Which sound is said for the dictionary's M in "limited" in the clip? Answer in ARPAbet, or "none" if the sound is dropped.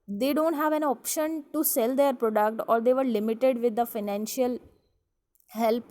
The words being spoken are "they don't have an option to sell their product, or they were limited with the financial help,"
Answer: M